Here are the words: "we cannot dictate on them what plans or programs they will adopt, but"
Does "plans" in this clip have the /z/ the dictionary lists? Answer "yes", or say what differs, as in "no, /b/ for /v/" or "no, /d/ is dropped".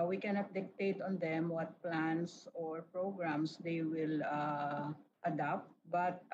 no, /s/ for /z/